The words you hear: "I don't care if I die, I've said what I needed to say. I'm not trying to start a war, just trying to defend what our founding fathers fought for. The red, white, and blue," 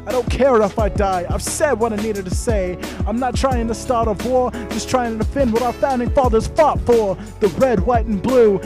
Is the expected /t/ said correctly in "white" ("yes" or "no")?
yes